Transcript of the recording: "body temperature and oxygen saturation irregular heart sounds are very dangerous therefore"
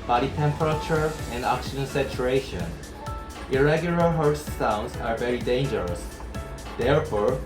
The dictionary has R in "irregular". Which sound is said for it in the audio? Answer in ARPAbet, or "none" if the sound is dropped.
R